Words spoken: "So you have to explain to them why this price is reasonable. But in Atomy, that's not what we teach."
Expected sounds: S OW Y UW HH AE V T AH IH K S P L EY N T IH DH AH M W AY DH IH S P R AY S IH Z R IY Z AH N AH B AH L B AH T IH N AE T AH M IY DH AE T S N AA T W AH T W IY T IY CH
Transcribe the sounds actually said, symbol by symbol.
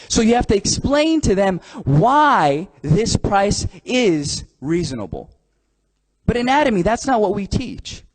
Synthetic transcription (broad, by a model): S OW Y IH HH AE F T IH K S P L EY N T IH DH AH M W AY DH IH S P R AY S IH Z R IY Z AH N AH B L B AH T IH N AE T AH M IY DH AE T S N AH T W AH T W IY T IY CH